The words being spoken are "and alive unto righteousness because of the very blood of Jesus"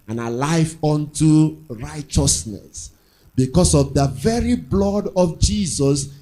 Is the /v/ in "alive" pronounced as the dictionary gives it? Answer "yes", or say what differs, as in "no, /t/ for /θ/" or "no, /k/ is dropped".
no, /f/ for /v/